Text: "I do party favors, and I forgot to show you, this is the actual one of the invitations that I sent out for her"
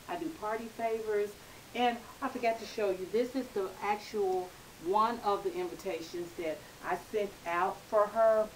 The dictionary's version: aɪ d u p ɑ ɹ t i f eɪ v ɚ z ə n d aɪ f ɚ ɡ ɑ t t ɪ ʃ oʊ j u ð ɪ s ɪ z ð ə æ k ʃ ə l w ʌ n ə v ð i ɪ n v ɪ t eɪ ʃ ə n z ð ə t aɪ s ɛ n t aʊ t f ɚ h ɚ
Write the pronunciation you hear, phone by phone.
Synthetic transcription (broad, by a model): aɪ d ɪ p ɑ ɹ t i f eɪ v ɚ z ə n aɪ f ɚ ɡ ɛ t t ɪ ʃ oʊ j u ð ɪ s ɪ z ð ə æ k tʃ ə l w ʌ n ə v ð i ɪ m v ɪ t eɪ ʃ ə n z ð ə t aɪ s ɛ n t aʊ t f ɚ ɚ